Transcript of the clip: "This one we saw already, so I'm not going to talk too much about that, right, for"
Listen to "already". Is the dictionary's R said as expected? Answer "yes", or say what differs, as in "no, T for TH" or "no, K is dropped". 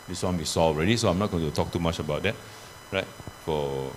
yes